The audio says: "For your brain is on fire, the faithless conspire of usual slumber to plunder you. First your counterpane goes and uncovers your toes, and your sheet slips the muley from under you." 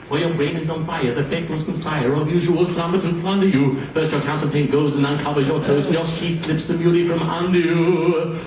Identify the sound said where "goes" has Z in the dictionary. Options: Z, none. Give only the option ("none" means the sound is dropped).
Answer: Z